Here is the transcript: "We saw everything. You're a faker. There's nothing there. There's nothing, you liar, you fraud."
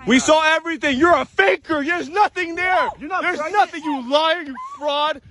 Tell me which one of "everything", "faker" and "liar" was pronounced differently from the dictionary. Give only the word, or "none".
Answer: none